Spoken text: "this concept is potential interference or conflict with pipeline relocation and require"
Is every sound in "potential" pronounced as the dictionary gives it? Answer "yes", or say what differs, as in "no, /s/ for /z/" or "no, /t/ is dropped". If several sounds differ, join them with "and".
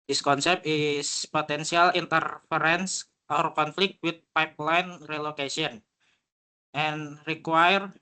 no, /s/ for /ʃ/